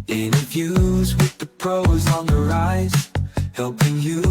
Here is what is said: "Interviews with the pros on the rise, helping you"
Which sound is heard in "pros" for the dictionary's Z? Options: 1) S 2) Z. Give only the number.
2